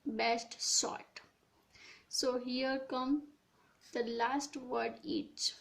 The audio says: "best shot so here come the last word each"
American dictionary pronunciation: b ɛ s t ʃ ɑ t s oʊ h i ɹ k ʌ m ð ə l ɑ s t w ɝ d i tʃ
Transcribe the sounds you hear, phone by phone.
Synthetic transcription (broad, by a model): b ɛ s t s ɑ t s oʊ h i ɹ k ʌ m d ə l ɑ s t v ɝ d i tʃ